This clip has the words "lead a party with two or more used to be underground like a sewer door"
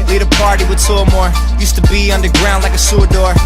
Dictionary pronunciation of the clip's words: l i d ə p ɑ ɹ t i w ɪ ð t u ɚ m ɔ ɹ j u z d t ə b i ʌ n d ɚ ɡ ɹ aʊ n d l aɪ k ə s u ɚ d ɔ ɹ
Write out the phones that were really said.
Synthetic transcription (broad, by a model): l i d ə p ɑ ɹ t i w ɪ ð s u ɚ m ɔ ɹ j u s t ə b i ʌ n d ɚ ɡ ɹ aʊ n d l aɪ k ə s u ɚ d ɔ ɹ